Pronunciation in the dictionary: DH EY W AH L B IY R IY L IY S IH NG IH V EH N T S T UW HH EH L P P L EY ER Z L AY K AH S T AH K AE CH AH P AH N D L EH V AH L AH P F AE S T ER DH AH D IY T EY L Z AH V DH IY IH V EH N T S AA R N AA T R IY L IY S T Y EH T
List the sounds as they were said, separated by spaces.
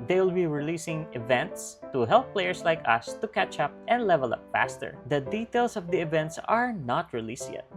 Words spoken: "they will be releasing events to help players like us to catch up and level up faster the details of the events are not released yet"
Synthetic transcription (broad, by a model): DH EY W L B IY R IY L IY S IH NG IH V EH N T S T UW HH EH L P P L EY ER S L AY K AH S T AH K AE CH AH P AH N D L EH V AH L AH P F AE S T ER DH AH D IY T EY L S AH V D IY IH V EH N T S AA R N AA T R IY L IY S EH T